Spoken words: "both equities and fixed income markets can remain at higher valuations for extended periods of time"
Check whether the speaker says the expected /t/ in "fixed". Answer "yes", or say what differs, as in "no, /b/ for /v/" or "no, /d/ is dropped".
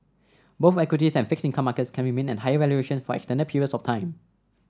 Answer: no, /t/ is dropped